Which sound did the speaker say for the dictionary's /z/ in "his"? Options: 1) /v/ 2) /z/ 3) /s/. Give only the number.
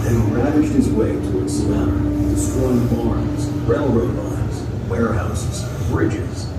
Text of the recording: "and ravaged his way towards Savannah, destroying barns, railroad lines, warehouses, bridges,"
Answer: 2